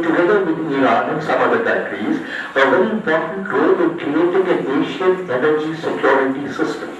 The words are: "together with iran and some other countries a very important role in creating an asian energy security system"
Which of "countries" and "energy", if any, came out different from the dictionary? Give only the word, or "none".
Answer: countries